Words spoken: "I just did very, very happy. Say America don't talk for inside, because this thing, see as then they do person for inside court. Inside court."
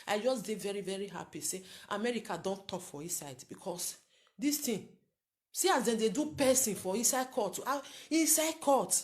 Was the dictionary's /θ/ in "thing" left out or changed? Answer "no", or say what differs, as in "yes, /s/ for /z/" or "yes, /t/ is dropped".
yes, /t/ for /θ/